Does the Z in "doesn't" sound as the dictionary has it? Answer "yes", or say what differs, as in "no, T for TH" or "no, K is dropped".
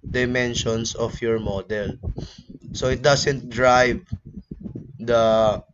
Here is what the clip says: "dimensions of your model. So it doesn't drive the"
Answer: no, S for Z